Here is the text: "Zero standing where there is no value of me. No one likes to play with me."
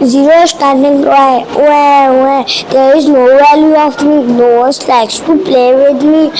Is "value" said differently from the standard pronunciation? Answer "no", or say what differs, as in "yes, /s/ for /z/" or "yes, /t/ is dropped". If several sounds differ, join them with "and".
yes, /w/ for /v/